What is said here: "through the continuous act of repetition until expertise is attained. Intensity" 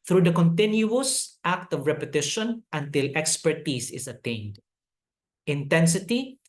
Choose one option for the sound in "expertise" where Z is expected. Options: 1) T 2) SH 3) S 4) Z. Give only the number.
3